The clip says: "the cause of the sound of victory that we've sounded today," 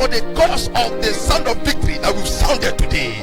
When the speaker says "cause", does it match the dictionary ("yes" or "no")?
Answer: no